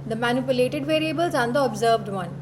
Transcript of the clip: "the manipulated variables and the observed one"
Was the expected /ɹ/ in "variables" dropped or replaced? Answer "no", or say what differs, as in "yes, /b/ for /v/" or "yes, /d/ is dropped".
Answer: no